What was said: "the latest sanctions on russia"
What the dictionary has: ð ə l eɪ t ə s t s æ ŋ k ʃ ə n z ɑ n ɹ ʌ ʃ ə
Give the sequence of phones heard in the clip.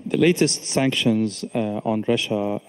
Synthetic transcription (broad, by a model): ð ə l eɪ t ə s t s æ ŋ k ʃ ə n z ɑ n ɹ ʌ ʃ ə